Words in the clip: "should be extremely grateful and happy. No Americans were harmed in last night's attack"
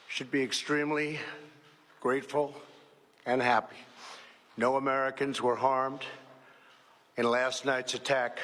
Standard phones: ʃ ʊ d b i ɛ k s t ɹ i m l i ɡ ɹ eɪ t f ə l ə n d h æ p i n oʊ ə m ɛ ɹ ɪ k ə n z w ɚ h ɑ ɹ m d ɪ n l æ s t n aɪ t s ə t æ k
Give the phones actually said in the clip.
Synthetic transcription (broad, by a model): ʃ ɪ d b i ɛ k s t ɹ i m l i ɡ ɹ eɪ t f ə l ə n h æ p i n oʊ ə m ɛ ɹ ɪ k ə n z w ɚ h ɑ ɹ m d ɪ n l æ s t n aɪ t s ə t æ k